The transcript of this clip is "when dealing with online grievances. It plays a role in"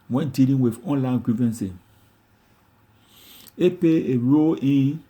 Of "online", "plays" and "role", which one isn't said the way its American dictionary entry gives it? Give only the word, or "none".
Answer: plays